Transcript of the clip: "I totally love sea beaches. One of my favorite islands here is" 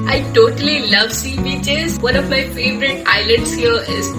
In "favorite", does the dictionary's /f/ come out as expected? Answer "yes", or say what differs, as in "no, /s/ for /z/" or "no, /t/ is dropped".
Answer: yes